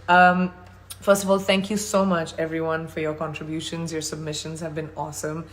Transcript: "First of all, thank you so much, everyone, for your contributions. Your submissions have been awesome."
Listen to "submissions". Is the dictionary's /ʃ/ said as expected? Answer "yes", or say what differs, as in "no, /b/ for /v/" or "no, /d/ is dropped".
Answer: yes